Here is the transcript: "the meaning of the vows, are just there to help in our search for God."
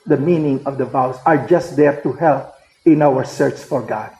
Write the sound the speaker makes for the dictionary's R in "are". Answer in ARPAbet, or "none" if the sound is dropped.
R